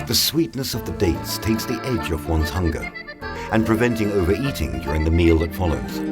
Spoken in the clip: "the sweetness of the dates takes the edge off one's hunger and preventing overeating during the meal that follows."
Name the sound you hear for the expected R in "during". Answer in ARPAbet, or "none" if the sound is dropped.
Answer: R